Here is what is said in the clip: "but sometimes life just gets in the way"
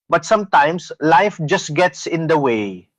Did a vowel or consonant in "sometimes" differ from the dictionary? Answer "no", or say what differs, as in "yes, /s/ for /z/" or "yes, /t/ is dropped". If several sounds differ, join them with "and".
yes, /s/ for /z/